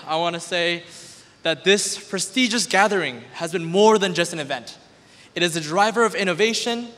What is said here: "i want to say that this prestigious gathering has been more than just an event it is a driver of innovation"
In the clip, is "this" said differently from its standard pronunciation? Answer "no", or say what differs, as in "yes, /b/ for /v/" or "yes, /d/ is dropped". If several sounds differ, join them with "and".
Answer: no